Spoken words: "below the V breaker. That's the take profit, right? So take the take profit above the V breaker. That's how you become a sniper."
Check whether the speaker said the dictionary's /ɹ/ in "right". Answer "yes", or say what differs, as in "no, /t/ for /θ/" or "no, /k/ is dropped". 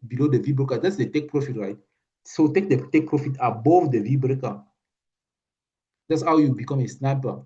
yes